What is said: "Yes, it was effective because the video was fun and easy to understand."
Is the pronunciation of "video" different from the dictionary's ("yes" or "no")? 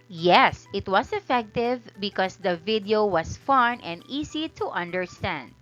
no